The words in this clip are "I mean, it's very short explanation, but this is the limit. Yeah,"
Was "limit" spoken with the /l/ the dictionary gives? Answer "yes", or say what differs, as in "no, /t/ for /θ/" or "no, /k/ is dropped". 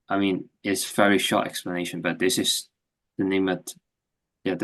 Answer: no, /n/ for /l/